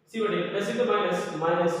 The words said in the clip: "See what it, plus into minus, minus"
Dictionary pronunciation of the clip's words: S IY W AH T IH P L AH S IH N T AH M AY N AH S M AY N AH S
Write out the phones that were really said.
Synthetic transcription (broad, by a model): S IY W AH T IH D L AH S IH T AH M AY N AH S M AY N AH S